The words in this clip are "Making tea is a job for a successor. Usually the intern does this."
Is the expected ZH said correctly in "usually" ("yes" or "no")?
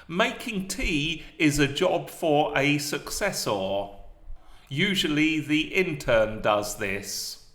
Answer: yes